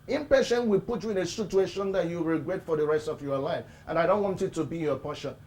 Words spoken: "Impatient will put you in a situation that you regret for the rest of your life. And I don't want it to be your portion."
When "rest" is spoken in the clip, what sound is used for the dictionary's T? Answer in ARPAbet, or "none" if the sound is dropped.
T